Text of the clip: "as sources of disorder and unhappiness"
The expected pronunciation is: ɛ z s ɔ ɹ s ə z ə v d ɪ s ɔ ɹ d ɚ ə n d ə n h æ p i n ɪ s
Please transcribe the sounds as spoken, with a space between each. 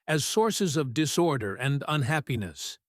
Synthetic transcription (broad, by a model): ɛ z s ɔ ɹ s ə z ə v d ɪ s ɔ ɹ d ɚ ə n d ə n h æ p i n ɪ s